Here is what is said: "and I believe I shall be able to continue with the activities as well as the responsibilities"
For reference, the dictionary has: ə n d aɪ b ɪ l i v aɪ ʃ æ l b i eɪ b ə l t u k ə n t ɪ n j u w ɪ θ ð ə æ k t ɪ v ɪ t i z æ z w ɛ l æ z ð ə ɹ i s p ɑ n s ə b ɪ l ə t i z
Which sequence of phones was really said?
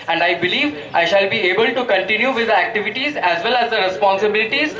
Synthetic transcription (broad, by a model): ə n d aɪ b ɪ l i v aɪ ʃ æ l b i eɪ b ə l t u k ə n t ɪ n j u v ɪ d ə æ k t ɪ v ɪ t i z æ z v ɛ l æ z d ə ɹ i s p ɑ n s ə b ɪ l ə t i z